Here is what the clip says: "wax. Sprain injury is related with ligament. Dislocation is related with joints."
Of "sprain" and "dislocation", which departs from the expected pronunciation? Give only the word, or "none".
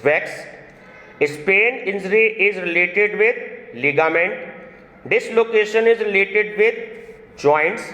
sprain